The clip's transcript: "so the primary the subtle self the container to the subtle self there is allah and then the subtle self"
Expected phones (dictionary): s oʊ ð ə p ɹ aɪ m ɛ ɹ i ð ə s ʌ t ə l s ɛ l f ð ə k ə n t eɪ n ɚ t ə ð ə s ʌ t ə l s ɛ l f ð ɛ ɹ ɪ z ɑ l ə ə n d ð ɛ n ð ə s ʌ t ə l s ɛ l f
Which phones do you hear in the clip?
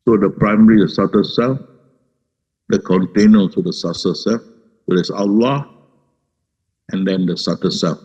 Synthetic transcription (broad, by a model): s oʊ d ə p ɹ aɪ m ɛ ɹ i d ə s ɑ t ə s ɛ l f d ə k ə n t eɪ n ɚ s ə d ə s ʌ s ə s ɛ l f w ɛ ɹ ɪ s ɑ l ə ə n d ɛ n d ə s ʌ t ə s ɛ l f